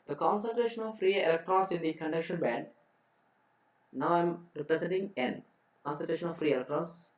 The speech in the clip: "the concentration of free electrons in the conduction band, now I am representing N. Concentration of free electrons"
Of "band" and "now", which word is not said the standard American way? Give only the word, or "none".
band